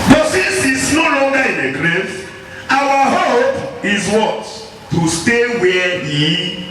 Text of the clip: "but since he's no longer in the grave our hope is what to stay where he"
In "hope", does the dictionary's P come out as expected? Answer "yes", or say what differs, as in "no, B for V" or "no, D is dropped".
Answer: yes